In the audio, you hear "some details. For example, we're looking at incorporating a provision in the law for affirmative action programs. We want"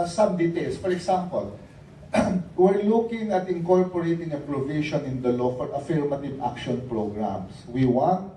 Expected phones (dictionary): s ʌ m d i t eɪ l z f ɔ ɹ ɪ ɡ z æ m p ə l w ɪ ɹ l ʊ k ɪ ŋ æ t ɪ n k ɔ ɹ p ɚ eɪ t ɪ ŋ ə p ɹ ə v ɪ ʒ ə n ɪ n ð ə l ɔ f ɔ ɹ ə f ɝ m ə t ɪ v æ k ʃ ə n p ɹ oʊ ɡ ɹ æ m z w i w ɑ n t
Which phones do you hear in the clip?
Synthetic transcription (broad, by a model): s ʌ m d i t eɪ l s f ɔ ɹ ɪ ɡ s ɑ m p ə l w ɪ ɹ l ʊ k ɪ ŋ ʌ t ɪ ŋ k ɔ ɹ p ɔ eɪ t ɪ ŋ ə p ɹ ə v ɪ ʃ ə n ɪ n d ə l ɔ f ɔ ɹ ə f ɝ m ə t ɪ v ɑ k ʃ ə n p ɹ oʊ ɡ ɹ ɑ m s w i w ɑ n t